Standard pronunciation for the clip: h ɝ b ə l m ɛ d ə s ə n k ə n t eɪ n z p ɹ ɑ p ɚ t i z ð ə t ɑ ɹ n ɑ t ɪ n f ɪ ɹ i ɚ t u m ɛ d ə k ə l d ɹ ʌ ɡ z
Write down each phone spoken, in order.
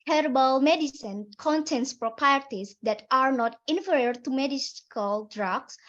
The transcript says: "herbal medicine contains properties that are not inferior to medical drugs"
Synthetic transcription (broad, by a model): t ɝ b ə l m ɛ d ə s ə n k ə n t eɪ n s p ɹ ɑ p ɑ t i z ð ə t ɑ ɹ n ɑ t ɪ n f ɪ ɹ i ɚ t u m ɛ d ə k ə l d ɹ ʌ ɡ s